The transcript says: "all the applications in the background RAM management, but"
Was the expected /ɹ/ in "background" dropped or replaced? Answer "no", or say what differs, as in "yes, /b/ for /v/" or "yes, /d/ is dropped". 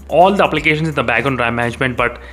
yes, /ɹ/ is dropped